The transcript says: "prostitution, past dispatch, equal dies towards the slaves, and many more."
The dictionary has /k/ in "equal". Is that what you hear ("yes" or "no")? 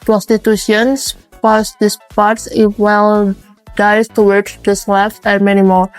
no